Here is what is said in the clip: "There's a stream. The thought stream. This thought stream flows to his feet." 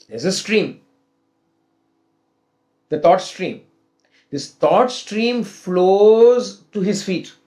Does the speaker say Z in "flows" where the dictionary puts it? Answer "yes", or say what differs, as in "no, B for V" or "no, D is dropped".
yes